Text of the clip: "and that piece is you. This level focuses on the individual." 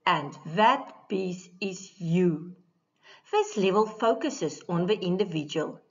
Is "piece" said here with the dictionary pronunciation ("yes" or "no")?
no